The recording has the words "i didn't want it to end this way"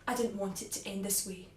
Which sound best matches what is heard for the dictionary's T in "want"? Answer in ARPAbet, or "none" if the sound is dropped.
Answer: T